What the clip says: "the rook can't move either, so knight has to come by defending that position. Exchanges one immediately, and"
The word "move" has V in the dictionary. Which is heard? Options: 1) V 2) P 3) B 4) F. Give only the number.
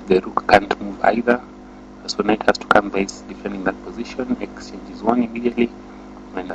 1